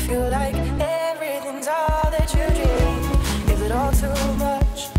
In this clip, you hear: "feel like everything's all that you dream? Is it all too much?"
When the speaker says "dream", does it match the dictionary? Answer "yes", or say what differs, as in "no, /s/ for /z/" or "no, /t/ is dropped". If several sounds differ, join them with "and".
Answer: no, /m/ is dropped